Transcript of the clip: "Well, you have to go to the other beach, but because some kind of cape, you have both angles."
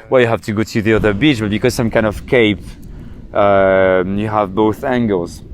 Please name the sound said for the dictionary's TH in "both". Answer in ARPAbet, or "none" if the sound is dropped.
TH